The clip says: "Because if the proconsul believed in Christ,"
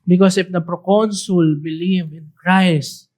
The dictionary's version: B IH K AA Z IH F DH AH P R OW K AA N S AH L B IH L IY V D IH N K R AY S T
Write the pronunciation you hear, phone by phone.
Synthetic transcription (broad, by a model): B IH K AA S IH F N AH P R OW K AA N S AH L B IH L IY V IH N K R AY S